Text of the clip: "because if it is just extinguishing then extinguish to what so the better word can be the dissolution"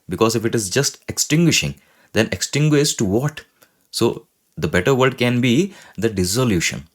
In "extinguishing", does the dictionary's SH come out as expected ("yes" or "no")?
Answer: yes